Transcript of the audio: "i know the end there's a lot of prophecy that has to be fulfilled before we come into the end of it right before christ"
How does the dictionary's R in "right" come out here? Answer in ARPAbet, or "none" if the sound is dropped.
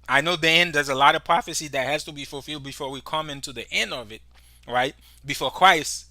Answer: R